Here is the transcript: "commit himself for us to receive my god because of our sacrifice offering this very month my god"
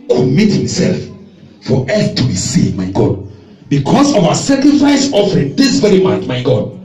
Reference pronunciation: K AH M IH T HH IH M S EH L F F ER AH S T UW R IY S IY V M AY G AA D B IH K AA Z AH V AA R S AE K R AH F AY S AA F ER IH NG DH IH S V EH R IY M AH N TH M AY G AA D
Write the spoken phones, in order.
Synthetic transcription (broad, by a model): K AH M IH T HH IH M S EH L F F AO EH TH T UW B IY S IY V M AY G AA D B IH K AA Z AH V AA S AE K R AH F AY S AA F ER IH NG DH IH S V EH R IY M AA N T M AY G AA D